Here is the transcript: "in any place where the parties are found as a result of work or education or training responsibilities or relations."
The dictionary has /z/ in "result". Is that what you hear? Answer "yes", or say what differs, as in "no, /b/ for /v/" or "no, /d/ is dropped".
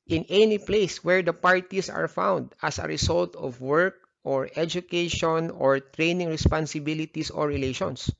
no, /s/ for /z/